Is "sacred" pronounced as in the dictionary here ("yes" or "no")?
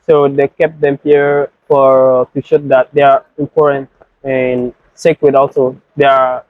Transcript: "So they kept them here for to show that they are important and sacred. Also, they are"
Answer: no